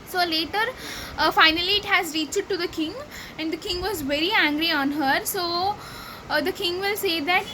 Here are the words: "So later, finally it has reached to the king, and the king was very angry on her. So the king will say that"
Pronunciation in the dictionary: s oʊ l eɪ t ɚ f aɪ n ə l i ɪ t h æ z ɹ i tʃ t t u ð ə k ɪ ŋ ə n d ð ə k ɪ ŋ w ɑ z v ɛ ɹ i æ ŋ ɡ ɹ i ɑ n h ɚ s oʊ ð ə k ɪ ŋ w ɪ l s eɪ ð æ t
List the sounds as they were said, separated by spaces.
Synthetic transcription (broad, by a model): s oʊ l eɪ t ɚ f aɪ n ə l i ɪ t h æ z ɹ i tʃ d t u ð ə k ɪ ŋ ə n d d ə k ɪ ŋ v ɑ z v ɛ ɹ i æ ŋ ɡ ɹ i ɑ n h ɚ s oʊ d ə k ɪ ŋ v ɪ l s eɪ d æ t